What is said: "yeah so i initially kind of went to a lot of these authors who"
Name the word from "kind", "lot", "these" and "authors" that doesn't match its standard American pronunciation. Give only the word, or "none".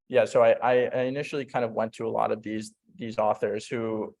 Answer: none